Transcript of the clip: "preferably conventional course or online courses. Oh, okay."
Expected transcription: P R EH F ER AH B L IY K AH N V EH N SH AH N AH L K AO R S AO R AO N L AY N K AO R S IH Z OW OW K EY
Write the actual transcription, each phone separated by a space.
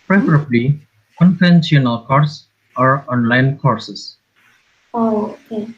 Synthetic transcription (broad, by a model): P R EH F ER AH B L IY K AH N F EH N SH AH N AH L K AO R S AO R AO N L AY N K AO R S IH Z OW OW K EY